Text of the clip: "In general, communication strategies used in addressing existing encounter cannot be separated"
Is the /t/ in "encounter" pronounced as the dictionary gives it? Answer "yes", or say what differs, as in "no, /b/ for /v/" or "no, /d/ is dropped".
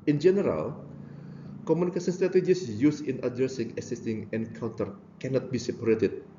yes